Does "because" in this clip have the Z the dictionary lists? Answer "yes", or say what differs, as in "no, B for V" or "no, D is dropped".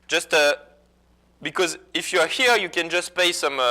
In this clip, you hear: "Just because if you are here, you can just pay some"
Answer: yes